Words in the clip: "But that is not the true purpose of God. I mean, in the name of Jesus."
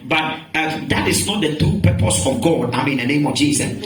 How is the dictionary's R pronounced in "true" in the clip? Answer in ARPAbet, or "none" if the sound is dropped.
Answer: none